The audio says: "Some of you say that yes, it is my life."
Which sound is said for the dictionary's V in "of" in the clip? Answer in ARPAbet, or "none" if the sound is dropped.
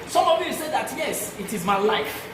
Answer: V